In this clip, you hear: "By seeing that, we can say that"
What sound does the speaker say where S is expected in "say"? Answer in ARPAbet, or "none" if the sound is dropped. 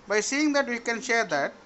SH